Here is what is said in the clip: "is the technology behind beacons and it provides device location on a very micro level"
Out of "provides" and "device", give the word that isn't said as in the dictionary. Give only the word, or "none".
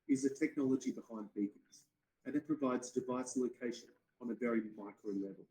none